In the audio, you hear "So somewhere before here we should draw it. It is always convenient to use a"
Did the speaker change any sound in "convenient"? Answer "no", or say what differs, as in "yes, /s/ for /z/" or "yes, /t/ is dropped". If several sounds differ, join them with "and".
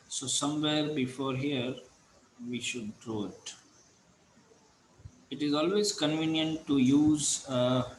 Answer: no